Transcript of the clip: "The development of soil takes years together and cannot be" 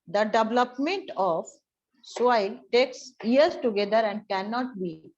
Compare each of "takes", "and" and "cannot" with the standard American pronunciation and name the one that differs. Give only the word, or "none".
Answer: none